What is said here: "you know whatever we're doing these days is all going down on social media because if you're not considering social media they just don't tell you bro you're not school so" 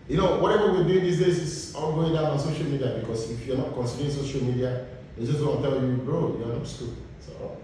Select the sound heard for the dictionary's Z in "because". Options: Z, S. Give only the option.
S